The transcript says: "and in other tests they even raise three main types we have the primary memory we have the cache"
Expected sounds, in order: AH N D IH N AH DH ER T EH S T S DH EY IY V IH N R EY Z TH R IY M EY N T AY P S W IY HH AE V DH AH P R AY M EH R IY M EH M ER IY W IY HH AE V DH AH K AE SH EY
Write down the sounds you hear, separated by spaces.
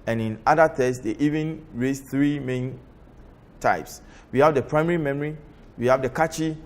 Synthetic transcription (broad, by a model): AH N IH N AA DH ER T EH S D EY IY V IH N R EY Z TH R IY M EY N T AY P S W IY HH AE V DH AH P R AY M EH R IY M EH M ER IY W IY HH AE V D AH K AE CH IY